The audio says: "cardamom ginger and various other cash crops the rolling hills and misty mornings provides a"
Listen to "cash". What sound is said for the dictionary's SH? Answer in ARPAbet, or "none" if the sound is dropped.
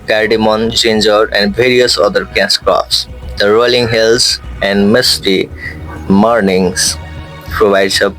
S